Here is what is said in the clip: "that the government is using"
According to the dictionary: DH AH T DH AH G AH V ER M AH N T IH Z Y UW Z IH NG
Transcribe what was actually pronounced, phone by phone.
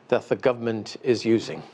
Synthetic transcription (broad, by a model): DH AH T DH AH G AH V ER M AH N T IH Z Y UW Z IH NG